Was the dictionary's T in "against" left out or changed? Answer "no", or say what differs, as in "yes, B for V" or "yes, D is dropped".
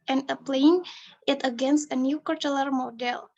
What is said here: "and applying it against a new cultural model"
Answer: no